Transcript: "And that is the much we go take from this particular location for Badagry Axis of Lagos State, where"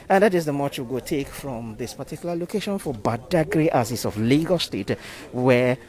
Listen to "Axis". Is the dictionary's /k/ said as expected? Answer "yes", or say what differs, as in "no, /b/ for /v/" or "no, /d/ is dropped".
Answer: no, /k/ is dropped